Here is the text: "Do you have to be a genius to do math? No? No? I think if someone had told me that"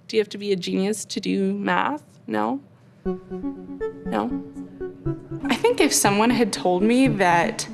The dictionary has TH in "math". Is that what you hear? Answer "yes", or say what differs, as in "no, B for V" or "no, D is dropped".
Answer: yes